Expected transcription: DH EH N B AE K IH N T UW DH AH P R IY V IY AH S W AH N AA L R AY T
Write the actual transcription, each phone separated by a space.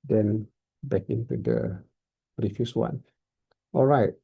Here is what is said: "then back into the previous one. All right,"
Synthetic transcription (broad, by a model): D EH N B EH K IH N T UW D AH R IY F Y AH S W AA N AA L R AY T